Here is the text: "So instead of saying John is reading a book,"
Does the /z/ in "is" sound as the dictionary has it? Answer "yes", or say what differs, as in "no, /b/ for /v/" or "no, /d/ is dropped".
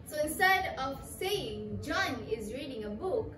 yes